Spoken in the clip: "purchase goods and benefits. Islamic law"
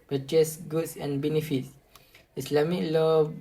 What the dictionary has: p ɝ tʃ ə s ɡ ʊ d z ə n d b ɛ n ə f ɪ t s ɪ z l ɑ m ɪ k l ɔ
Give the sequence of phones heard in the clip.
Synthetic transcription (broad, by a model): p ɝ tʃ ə s ɡ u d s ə n b ɛ n ə f ɪ t s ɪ s l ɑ m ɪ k l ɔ